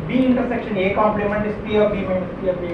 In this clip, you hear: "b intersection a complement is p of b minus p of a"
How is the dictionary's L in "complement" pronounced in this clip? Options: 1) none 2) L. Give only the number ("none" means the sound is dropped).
2